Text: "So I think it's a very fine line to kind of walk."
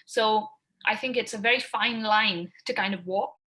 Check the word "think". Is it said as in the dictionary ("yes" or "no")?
yes